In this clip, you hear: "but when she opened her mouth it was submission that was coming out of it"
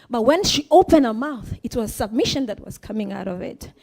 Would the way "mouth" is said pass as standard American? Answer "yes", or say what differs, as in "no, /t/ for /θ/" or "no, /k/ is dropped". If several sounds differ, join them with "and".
yes